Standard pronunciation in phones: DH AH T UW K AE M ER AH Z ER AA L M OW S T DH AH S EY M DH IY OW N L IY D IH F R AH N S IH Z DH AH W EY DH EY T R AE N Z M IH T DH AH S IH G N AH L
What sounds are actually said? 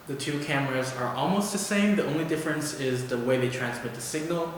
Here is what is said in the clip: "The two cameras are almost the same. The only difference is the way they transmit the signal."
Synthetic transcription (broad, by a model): DH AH T UW K AE M ER AH Z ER AA L M OW S T DH AH S EY M DH IY OW N L IY D IH F R AH N S IH Z DH AH W EY DH EY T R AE N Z M IH T DH AH S IH G N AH L